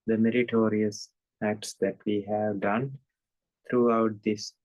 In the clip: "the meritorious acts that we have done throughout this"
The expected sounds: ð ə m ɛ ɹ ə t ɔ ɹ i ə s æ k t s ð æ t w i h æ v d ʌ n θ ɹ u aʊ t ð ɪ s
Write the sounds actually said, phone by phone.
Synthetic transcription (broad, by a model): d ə m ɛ ɹ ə t ɔ ɹ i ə s æ k t s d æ t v i h æ v d ʌ n t ɹ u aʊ t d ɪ s